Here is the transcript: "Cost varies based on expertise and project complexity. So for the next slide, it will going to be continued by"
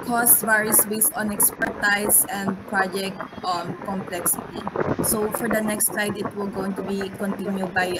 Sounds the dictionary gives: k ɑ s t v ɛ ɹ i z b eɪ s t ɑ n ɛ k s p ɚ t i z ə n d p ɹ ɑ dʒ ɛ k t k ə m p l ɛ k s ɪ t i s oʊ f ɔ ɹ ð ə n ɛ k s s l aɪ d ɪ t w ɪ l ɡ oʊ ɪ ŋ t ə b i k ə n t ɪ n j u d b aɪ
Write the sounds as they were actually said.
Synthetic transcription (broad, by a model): k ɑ s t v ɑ ɹ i s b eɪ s ɑ n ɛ k s p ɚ t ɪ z ə n d p ɹ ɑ dʒ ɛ k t k ə m p l ɛ k s ɪ t i s oʊ f ɔ ɹ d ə n ɛ k s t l aɪ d ɪ t w ɪ l ɡ oʊ ɪ ŋ t ə b i k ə n t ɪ n j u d b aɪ